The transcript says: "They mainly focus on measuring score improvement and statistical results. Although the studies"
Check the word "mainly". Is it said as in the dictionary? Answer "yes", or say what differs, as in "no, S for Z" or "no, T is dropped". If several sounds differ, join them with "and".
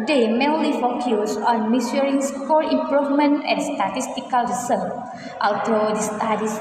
no, L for N